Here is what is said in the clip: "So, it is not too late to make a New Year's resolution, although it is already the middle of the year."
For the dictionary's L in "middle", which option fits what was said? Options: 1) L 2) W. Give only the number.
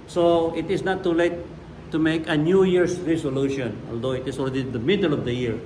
1